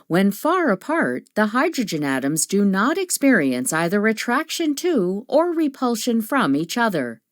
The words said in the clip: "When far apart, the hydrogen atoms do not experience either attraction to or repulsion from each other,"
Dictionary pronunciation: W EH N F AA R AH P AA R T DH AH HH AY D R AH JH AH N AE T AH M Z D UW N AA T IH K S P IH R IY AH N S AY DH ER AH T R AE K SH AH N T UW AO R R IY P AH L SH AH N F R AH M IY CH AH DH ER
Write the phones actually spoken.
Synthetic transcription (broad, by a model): W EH N F AA R AH P AA R T DH AH HH AY D R AH JH AH N AE T AH M Z D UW N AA T IH K S P IH R IY AH N S AY DH ER AH T R AE K SH AH N T UW AO R R IY P AH L SH AH N F R AH M IY CH AH DH ER